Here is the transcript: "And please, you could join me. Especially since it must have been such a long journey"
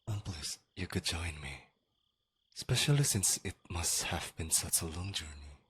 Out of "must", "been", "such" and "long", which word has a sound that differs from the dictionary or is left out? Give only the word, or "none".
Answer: none